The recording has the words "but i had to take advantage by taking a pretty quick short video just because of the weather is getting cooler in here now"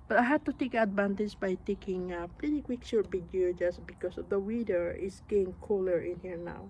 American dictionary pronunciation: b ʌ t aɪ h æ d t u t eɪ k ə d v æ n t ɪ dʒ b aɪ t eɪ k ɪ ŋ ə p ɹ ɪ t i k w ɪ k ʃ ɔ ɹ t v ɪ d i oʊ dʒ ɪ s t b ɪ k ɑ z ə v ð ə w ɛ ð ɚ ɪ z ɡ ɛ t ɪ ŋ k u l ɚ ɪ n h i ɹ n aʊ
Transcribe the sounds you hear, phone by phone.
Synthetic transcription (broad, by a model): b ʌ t aɪ h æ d t u t eɪ k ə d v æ n t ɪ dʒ b aɪ t eɪ k ɪ ŋ ə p l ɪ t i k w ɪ k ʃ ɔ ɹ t b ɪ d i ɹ dʒ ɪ s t b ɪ k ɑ s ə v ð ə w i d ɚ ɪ s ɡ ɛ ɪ ŋ k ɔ l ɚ ɪ n h i ɹ n aʊ